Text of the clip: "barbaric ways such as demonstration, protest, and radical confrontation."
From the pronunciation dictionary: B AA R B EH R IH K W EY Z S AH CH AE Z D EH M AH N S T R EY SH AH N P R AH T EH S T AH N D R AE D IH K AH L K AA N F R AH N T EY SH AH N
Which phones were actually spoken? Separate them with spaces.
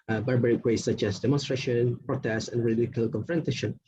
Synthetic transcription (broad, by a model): B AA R B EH R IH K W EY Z S AH CH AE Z D EH M AH N S T R EY SH AH N P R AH T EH S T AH N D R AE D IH K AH L K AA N F R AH N T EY SH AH N